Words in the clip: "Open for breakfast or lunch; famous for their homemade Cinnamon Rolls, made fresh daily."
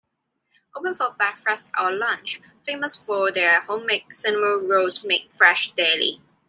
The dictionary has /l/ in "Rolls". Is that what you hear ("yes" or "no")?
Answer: no